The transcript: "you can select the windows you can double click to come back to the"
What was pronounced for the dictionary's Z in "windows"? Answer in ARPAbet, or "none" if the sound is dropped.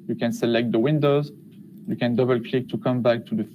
Z